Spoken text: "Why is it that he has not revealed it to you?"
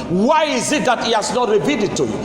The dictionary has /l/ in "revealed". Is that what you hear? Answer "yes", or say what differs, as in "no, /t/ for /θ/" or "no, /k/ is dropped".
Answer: no, /l/ is dropped